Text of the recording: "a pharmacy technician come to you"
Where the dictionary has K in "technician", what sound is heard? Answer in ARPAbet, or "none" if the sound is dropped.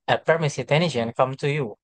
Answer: none